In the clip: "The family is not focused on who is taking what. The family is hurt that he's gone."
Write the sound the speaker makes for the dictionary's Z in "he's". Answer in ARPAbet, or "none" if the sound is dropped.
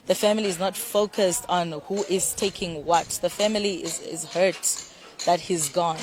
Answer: Z